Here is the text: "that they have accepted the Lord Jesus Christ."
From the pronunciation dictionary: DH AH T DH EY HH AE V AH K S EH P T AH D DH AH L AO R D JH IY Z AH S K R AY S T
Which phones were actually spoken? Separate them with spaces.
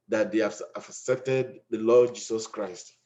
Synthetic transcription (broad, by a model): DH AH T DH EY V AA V AH K S EH P T AH D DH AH L AO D JH IY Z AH S K R AY S T